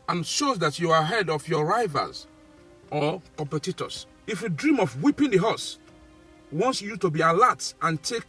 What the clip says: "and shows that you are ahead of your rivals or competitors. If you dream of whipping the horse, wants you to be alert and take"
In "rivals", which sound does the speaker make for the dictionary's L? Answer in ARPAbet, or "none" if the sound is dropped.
none